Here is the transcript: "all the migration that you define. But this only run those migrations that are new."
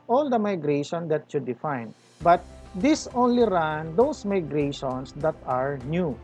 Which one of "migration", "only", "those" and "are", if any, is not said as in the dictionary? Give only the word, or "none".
those